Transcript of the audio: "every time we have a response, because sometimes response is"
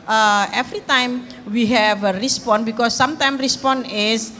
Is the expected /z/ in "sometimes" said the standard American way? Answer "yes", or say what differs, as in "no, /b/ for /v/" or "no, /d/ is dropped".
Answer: no, /z/ is dropped